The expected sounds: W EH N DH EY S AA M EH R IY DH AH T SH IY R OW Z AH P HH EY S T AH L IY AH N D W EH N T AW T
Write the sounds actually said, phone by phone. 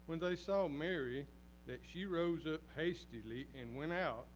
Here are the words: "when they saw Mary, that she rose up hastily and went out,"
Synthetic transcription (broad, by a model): W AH N DH EY S AA M EH R IY DH AH T SH IY R OW Z AH P HH EY S T AH L IY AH N W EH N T AW T